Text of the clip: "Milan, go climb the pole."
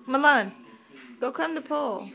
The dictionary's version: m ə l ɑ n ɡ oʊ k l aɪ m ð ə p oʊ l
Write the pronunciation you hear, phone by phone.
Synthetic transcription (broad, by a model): m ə l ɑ n ɡ oʊ k aɪ m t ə p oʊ l